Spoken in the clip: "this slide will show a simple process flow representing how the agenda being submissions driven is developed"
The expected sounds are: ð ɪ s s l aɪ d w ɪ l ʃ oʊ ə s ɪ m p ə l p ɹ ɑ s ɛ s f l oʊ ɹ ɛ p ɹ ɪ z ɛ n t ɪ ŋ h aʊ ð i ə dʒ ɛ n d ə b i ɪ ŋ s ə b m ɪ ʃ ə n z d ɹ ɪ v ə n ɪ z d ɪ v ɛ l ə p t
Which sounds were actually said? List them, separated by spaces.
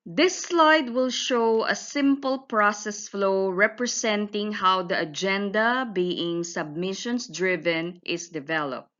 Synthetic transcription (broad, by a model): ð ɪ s s l aɪ d w ɪ l ʃ oʊ ə s ɪ m p ə l p ɹ ɑ s ɛ s f l oʊ ɹ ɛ p ɹ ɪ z ɛ n t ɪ ŋ h aʊ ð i ə dʒ ɛ n d ə b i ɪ ŋ s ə b m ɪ ʃ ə n s d ɹ ɪ v ə n ɪ s d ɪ v ɛ l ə p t